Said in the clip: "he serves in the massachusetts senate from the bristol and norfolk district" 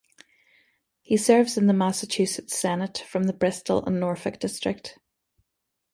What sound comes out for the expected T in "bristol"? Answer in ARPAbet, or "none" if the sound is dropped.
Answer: T